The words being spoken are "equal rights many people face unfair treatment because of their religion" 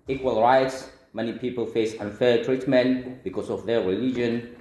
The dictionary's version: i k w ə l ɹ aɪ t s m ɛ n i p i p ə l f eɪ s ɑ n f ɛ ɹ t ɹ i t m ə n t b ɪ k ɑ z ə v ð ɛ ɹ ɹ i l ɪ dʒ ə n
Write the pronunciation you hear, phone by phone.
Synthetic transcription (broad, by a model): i k w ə l ɹ aɪ t s m ɛ n i p i p ə l f eɪ s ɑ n f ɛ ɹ t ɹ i t m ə n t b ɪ k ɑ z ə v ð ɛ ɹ ɹ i l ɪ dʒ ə n